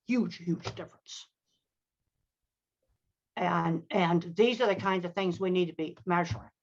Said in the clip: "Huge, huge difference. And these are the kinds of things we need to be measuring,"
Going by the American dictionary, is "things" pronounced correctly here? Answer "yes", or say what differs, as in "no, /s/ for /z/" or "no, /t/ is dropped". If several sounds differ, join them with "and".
yes